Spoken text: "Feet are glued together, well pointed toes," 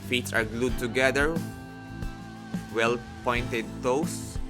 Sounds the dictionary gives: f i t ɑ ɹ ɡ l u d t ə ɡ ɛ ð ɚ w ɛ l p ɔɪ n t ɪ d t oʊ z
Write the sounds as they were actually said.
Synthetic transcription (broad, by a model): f i t ɑ ɹ ɡ l u d t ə ɡ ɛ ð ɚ w ɛ l p ɔɪ n t ɪ d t oʊ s